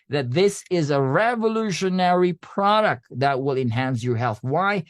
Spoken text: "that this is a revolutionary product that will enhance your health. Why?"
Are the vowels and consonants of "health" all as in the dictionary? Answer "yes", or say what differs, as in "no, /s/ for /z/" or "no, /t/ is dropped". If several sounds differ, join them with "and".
yes